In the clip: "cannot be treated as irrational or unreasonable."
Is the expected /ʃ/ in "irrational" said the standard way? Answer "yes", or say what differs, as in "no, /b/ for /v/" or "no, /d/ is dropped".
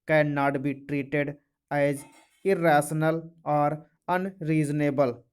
no, /s/ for /ʃ/